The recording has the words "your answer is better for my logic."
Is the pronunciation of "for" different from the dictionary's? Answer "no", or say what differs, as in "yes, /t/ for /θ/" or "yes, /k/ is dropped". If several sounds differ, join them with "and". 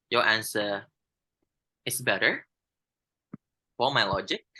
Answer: yes, /l/ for /ɹ/